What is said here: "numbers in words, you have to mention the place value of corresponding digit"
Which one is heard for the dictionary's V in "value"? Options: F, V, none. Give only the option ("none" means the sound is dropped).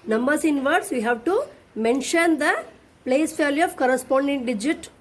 F